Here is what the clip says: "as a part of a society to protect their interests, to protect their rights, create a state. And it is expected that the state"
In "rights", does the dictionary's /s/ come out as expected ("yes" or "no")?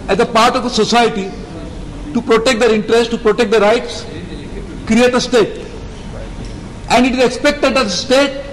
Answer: yes